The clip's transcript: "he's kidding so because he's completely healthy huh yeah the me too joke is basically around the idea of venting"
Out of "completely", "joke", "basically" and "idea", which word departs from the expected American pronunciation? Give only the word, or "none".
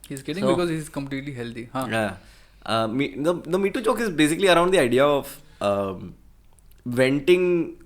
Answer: joke